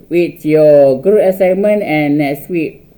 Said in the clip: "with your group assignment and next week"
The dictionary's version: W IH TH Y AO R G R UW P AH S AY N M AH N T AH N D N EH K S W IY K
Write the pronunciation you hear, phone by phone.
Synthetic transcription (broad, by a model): W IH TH Y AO G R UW AH S AY N M AH N T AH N N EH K S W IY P